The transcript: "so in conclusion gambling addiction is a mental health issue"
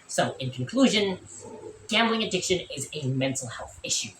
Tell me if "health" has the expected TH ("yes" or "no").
yes